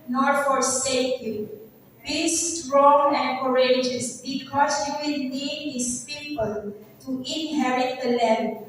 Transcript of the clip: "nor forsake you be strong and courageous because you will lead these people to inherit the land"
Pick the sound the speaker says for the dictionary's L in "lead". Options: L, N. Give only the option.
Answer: N